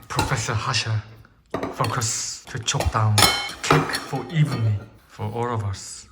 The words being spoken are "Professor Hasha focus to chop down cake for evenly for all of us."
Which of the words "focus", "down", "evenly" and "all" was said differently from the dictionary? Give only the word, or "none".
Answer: evenly